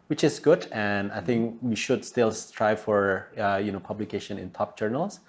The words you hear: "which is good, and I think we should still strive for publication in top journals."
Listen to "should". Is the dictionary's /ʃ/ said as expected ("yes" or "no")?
yes